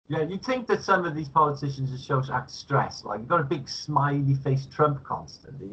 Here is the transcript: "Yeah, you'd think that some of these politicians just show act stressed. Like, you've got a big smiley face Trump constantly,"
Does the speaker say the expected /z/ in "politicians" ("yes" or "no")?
yes